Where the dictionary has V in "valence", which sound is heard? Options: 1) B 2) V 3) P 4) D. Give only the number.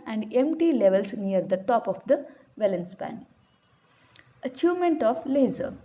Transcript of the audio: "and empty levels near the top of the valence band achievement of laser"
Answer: 2